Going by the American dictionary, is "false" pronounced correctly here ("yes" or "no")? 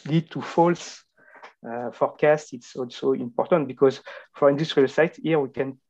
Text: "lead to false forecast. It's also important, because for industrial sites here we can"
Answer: yes